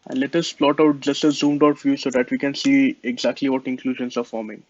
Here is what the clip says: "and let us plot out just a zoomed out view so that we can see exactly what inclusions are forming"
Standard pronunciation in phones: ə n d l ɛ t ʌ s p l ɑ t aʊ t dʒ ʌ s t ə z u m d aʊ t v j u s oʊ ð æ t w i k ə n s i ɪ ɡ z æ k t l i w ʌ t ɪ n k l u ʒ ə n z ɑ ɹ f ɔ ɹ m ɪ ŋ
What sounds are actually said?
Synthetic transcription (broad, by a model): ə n d l ɛ t ʌ s p l ɑ t aʊ t dʒ ʌ s t ə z u m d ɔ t f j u s oʊ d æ t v i k ə n s i ɪ ɡ z æ k t l i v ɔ t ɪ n k l u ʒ ə n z ɑ ɹ f ɔ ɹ m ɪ ŋ